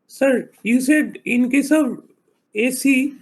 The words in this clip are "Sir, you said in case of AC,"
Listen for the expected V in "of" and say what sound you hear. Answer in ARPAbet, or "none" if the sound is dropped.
B